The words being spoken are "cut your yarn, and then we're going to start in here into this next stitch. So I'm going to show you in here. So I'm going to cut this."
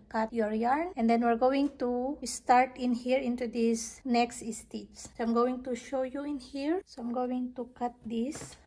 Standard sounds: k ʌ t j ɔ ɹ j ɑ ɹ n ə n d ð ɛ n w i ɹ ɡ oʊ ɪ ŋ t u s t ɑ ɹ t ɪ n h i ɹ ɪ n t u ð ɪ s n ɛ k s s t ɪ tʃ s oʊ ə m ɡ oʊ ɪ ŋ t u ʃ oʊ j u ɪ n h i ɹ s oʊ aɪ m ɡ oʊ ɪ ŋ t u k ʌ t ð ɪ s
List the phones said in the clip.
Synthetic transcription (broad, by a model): k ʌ t j ɔ ɹ j ɑ ɹ n ə n d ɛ n w i ɹ ɡ oʊ ɪ ŋ t u s t ɑ ɹ t ɪ n h i ɹ ɪ n t u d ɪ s n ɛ k s s t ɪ s s oʊ ə m ɡ oʊ ɪ ŋ t u ʃ oʊ j u ɪ n h i ɹ s oʊ aɪ m ɡ oʊ ɪ ŋ t u k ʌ t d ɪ s